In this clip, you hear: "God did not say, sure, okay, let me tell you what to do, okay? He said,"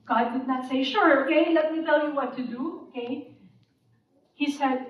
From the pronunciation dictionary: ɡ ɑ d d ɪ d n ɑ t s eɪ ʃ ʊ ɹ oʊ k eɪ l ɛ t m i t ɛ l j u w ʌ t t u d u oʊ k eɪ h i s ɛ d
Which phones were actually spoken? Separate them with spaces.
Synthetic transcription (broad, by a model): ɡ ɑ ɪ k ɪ d n ɑ t s eɪ ʃ ʊ ɹ oʊ k eɪ l ɛ t m i t ɛ l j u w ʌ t t u d u oʊ k eɪ h i s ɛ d